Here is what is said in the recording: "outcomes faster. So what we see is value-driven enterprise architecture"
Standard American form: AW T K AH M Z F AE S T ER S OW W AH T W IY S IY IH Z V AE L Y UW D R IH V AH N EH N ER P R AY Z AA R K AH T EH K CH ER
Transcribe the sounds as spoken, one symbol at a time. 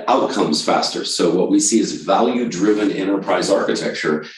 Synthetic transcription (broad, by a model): AW T K AH M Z F AE S T ER S OW W AH T W IY S IY IH Z V AE L Y UW D R IH V AH N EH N ER P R AY Z AA R K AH T EH K CH ER